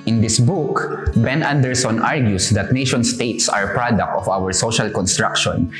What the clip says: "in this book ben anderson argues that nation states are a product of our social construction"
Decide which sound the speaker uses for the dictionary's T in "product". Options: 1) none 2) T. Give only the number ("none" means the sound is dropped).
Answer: 2